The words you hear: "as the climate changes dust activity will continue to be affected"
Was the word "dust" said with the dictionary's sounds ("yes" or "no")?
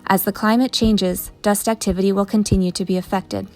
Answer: yes